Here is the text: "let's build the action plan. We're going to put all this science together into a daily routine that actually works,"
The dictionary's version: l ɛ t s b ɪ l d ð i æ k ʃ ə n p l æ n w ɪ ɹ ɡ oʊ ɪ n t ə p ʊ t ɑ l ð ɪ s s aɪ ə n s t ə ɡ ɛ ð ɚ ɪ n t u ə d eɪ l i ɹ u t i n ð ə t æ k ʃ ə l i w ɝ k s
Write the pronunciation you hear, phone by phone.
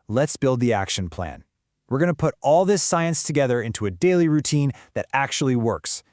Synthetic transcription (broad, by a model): l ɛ t s b ɪ l d ð i æ k ʃ ə n p l æ n w ɪ ɹ ɡ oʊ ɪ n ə p ʊ t ɑ l ð ɪ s s aɪ ə n s t ə ɡ ɛ ð ɚ ɪ n t u ə d eɪ l i ɹ u t i n ð ə t æ k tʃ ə l i w ɝ k s